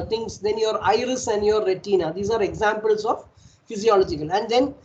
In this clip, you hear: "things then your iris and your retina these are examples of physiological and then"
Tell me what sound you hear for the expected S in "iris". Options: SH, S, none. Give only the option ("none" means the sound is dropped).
S